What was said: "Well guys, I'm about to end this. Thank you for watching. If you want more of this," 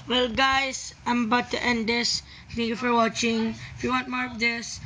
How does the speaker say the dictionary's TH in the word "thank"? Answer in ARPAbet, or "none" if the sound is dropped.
T